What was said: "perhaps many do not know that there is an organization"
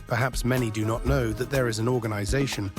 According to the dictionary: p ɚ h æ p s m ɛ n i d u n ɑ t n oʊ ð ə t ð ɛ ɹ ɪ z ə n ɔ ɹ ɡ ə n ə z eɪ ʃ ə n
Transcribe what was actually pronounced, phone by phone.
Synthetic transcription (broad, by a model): p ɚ h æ p s m ɛ n i d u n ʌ t n oʊ ð ə t ð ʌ ɹ ɪ z ə n ɔ ɹ ɡ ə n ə z eɪ ʃ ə n